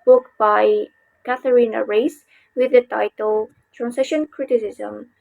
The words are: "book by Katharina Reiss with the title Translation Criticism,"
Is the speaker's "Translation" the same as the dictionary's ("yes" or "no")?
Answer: no